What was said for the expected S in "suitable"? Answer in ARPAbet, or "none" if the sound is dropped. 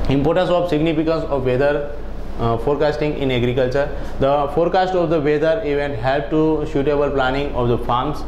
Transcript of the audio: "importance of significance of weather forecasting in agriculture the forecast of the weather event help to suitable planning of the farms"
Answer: SH